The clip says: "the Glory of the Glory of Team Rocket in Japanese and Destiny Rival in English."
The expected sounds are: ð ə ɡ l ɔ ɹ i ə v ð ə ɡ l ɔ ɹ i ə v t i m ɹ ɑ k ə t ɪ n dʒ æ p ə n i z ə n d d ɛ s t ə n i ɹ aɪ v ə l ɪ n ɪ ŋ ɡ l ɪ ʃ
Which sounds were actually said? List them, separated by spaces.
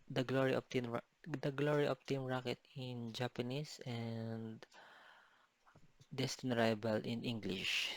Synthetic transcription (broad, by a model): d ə ɡ l ɔ ɹ i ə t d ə ɡ l ɔ ɹ i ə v t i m ɹ ɑ k ə t ɪ n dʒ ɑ p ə n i s ə n d d ɛ s t ə n i ɹ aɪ b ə l ɪ n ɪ ŋ ɡ l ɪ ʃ